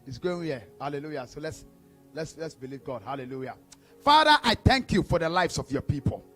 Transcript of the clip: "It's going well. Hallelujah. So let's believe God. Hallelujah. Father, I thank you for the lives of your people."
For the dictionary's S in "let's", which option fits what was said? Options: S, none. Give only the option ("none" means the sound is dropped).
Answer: S